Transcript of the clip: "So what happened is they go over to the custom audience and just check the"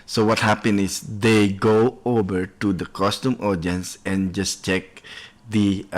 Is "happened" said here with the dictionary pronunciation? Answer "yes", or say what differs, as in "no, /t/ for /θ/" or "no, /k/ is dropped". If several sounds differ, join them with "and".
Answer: no, /d/ is dropped